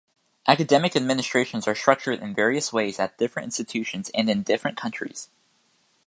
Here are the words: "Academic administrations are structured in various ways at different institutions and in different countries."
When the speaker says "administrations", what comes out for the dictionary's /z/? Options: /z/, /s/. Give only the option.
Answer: /z/